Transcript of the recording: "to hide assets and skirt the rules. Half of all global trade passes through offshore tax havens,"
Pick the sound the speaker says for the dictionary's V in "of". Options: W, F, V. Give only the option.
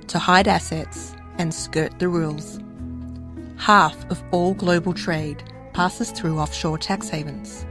V